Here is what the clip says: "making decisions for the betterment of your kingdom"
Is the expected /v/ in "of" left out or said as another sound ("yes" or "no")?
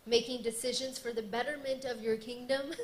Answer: no